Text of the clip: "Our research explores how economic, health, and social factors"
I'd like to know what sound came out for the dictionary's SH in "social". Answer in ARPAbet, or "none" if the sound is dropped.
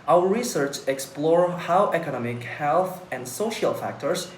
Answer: SH